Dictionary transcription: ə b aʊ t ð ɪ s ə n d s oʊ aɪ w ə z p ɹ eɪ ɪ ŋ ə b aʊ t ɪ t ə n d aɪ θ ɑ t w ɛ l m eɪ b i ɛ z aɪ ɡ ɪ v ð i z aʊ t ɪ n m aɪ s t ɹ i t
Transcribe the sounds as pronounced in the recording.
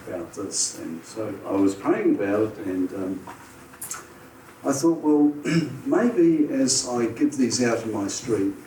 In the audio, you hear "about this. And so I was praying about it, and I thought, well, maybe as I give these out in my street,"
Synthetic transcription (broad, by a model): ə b aʊ t ð ɪ s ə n s oʊ aɪ w ə z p eɪ ɪ ŋ ə b aʊ t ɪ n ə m aɪ θ ɑ t w ɛ l m eɪ b i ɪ z aɪ ɡ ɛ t ð i z aʊ t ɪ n m aɪ s t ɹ i t